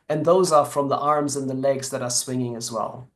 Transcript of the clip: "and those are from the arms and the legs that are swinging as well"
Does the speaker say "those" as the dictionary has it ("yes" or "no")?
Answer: yes